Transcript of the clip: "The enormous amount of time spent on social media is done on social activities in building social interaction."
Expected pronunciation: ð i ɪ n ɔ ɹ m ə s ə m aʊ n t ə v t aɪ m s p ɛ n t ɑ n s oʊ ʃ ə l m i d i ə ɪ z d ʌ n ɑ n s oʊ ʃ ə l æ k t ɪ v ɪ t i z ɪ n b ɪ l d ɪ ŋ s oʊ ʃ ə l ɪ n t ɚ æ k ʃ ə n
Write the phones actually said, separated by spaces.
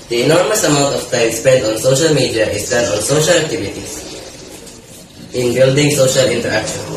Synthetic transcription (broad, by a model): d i ɪ n ɔ ɹ m ə s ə m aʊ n t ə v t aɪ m s p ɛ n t ɑ n s oʊ ʃ ə l m i d i ə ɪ s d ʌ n ɑ n s oʊ ʃ ə l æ k t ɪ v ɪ t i s ɪ n b ɪ l d ɪ ŋ s oʊ ʃ ə l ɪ n t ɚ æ k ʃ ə n